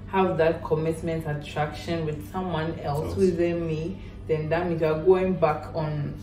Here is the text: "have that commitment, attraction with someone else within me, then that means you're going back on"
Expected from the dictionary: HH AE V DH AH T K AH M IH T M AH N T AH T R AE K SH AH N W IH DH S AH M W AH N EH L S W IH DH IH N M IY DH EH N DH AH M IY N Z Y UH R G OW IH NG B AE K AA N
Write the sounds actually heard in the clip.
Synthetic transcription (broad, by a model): HH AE V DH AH T K AH M IH T M AH N T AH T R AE K SH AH N W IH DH S AH M W AH N EH L S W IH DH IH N M IY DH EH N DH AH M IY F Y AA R G OW IH NG B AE K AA N